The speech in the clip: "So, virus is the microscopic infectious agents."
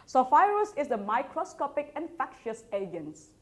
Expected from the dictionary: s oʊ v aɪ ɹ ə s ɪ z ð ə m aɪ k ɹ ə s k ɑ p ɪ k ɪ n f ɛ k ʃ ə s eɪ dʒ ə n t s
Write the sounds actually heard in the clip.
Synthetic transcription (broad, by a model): s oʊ f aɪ ɹ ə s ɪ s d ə m aɪ k ɹ ə s k ɑ p ɪ k ɪ n f ɛ k ʃ ə s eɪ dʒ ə n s